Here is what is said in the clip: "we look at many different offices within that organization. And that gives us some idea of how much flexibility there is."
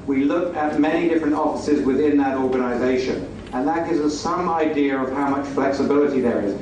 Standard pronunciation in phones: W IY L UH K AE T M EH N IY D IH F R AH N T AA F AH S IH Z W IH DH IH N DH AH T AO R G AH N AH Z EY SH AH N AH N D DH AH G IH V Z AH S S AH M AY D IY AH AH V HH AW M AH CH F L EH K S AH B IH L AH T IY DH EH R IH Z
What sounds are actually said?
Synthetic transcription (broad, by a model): W IY L UH K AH T M EH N IY D IH F R AH N T AA F AH S IH Z W IH DH IH N DH AH T AO R G AH N AH Z EY SH AH N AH N DH AH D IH Z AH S S AH M AY D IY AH AH V HH AW M AH CH F L EH K S AH B IH L AH T IY DH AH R IH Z